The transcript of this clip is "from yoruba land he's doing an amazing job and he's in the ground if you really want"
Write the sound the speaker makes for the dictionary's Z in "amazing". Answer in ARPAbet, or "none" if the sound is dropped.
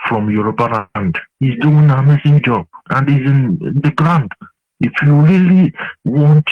S